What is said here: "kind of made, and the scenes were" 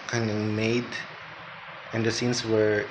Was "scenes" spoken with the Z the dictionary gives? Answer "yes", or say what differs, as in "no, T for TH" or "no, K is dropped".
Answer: no, S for Z